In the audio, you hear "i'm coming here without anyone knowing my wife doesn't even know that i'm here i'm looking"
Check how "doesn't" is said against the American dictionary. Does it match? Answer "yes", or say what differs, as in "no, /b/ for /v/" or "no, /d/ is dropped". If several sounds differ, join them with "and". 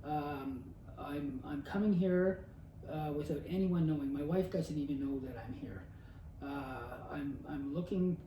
yes